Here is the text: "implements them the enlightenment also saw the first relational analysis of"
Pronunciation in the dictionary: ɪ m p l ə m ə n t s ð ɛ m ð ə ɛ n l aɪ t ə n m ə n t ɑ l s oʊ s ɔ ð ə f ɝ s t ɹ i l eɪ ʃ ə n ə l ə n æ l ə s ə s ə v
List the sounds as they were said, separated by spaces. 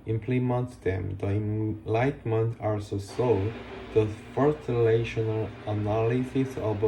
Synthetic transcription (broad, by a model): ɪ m p l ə m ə n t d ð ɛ m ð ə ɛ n l aɪ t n m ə n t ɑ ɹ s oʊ s ɔ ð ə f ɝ t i l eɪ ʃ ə n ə l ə n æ l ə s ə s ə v